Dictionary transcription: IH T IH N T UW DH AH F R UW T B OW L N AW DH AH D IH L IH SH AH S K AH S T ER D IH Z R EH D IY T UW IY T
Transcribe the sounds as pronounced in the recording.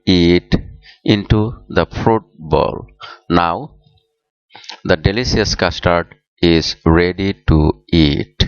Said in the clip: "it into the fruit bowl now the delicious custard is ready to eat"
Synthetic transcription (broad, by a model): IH T IH N T UW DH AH F R UW T B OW L N AW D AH D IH L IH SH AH S K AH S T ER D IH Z R EH D IY T UW IY T